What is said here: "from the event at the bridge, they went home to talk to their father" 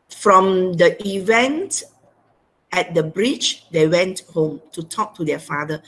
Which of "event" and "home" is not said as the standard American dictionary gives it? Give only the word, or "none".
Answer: none